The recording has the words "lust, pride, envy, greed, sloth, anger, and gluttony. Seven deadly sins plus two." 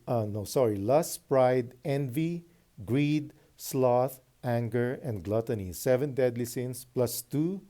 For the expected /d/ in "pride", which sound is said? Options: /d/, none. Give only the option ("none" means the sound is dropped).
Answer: /d/